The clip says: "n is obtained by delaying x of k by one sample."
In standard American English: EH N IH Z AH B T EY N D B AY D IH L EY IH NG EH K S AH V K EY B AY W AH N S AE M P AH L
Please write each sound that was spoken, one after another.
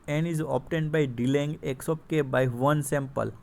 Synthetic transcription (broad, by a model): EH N IH Z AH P T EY N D B AY D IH L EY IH NG EH K S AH P K EY B AY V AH N S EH M P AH L